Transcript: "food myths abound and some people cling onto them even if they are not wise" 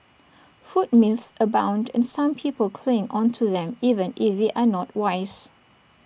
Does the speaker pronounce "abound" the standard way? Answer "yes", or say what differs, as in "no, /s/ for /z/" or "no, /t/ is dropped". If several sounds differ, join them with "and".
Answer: yes